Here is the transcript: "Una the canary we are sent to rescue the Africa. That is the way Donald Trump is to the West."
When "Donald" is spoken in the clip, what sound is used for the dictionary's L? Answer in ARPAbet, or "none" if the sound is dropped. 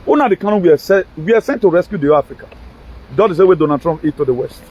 none